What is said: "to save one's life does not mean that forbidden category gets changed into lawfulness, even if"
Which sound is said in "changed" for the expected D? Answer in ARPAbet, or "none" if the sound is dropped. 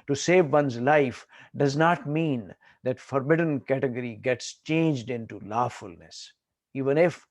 D